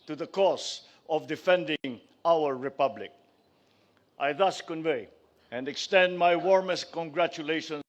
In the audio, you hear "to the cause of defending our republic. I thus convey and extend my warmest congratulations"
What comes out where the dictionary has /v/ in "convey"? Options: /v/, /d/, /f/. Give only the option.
/v/